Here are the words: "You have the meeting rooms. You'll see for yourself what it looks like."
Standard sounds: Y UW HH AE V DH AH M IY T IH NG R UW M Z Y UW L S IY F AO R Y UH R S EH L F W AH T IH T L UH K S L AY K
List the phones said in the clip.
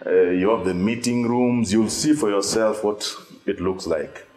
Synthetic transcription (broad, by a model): Y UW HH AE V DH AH M IY T IH NG R UW M Z Y UW L S IY F AO R Y UH R S EH L F W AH T IH T L UH K S L AY K